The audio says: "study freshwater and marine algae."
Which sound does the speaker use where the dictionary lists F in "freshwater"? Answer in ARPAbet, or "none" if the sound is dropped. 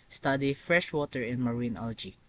F